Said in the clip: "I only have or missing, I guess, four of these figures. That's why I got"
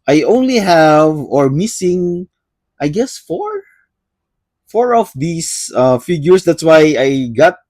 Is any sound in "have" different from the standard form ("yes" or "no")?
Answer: no